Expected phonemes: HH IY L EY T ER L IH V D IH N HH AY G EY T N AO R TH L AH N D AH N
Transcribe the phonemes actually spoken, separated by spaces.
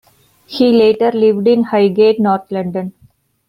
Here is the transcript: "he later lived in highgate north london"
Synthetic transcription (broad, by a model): HH IY L EY T ER L IH V D IH N HH AY G EY T N AO R T L AH N D AH N